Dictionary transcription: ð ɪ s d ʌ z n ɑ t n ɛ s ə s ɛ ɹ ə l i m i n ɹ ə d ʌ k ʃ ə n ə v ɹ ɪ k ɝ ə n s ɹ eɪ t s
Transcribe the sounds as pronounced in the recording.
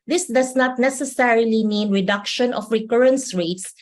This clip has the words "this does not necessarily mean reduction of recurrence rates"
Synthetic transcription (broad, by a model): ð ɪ s d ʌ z n ɑ t n ɛ s ə s ɛ ɹ ə l i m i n ɹ ə d ʌ k ʃ ə n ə f ɹ ɪ k ɝ ə n s ɹ eɪ t s